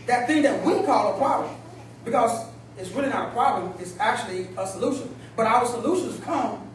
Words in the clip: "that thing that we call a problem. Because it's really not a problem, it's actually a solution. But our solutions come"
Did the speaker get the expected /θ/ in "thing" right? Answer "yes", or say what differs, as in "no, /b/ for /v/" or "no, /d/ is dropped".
yes